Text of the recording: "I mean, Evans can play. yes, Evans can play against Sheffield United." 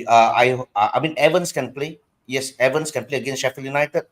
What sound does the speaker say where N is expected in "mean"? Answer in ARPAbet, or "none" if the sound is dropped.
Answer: N